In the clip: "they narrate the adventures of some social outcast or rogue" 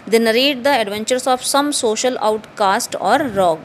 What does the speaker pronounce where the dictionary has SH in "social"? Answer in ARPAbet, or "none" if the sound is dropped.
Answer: SH